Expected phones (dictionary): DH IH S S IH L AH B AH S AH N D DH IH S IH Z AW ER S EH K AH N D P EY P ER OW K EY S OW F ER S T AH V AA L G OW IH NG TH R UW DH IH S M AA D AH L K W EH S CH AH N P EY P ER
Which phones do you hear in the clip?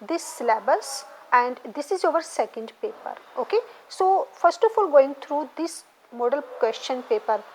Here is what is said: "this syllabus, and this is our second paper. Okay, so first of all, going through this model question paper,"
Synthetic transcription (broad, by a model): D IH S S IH L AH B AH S AH N D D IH S IH Z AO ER S EH K AH N D P EY P ER OW K EY S OW F ER S T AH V AA L G OW IH NG T R UW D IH S M AA D AH L K W EH S CH AH N P EY P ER